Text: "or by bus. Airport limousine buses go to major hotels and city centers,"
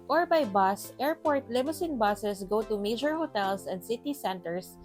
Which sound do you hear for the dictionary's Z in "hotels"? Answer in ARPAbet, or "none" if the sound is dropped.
S